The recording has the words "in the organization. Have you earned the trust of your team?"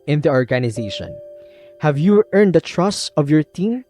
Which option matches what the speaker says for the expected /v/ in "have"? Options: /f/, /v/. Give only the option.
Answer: /v/